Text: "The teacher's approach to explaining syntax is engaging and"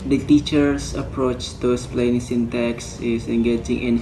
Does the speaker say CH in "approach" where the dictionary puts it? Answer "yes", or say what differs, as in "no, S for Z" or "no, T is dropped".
yes